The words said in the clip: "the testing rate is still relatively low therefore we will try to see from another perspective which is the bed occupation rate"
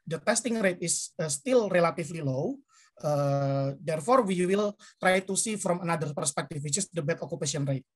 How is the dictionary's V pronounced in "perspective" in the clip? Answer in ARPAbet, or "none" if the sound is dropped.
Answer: F